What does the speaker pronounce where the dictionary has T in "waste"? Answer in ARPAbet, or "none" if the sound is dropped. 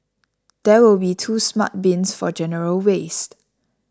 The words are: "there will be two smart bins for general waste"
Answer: T